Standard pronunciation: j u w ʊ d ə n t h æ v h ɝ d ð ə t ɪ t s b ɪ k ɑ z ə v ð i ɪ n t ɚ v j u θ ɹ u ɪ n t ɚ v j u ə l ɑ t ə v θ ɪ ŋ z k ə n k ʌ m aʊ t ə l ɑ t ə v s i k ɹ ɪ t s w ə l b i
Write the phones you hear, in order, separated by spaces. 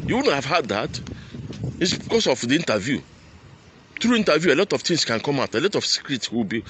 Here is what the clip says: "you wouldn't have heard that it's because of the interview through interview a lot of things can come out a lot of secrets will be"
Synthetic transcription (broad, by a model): j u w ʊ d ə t h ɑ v h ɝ d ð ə t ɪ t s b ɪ k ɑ s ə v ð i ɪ n t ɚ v j u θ ɹ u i n t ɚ v j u ə l ɑ t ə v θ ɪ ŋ s k ə n k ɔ m aʊ t ə l ɑ t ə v s i k ɹ ɪ t s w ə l b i